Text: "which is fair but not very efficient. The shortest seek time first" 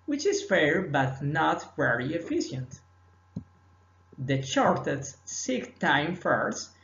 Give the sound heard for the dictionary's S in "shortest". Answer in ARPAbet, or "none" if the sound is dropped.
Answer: none